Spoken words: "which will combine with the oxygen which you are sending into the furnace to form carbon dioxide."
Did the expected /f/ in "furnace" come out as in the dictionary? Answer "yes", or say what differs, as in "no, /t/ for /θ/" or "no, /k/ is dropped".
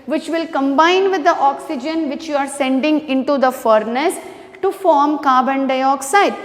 yes